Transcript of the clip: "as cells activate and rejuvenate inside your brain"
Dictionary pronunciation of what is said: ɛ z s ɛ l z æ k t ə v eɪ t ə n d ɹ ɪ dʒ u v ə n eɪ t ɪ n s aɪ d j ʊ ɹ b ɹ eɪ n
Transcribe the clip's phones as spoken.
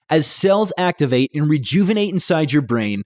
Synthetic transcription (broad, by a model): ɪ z s ɛ l z æ k t ə v eɪ t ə n ɹ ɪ dʒ u v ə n eɪ t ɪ n s aɪ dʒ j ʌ ɹ b ɹ eɪ n